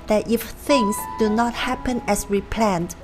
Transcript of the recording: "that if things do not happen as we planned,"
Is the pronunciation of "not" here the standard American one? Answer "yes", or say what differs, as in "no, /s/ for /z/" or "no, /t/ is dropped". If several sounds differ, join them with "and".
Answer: yes